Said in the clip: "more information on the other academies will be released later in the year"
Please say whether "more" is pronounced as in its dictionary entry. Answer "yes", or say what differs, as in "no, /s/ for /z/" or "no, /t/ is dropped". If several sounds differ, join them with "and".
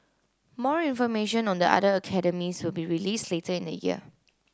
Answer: yes